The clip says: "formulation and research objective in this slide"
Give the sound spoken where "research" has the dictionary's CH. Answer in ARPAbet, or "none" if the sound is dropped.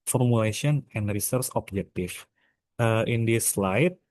S